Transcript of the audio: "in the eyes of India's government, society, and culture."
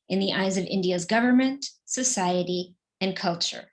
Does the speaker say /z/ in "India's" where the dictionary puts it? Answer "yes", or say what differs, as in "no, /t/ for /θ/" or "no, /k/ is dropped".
yes